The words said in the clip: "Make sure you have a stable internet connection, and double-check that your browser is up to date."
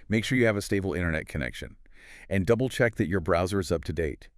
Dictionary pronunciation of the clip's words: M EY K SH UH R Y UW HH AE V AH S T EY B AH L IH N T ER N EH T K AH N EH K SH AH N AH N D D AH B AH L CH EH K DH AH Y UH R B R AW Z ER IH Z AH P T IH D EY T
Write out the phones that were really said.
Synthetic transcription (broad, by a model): M EY K SH UH R Y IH V AH S T EY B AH L IH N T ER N EH T K AH N EH K SH AH N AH N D D AH B L CH EH K DH AH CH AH R B R AW Z ER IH Z AH P T IH D EY T